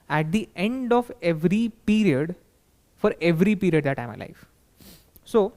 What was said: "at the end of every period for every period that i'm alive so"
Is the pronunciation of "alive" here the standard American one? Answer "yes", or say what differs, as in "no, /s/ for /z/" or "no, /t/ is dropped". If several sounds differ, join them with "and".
no, /f/ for /v/